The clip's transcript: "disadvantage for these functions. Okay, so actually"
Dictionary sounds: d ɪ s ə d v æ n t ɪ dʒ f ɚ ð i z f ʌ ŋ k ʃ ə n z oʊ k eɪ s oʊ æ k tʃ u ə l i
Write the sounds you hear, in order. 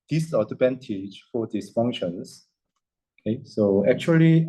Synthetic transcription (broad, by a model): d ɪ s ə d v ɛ n t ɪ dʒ f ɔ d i s f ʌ ŋ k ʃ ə n s oʊ k eɪ s oʊ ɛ k tʃ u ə l i